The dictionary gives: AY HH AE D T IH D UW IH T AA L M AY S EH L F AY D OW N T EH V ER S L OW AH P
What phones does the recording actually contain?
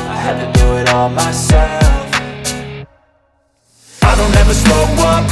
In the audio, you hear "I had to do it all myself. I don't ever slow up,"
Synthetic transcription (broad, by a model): AY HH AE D T IH D UW IH T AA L M AY S EH L F AY D OW N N EH V ER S OW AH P